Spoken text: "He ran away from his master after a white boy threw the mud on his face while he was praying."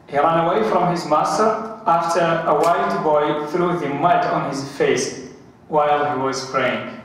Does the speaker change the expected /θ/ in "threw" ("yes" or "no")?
no